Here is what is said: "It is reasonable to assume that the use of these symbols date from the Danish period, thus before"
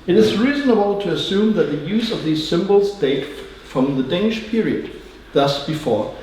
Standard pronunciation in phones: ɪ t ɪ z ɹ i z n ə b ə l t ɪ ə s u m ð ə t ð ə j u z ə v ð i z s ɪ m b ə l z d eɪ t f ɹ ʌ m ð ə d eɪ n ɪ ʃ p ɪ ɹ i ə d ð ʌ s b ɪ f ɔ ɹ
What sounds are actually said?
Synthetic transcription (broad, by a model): ɪ t ɪ z ɹ i z n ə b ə l t ɪ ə s u m ð ə t ð ə j u z ə v ð i z s ɪ m b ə l z d eɪ t f ɹ ʌ m ð ə d eɪ n ɪ ʃ p ɪ ɹ i ə d ð ʌ s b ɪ f ɔ ɹ